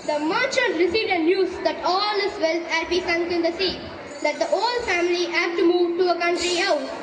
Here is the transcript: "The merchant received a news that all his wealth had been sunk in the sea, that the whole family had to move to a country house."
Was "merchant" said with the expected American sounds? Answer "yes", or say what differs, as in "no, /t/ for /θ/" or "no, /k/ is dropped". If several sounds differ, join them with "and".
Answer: no, /n/ is dropped